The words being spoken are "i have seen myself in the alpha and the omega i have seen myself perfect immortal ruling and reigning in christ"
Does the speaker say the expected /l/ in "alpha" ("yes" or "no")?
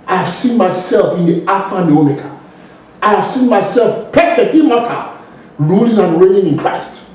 no